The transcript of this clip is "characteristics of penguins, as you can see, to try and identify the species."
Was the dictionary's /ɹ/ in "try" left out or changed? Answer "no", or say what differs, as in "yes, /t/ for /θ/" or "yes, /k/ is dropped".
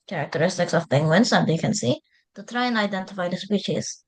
no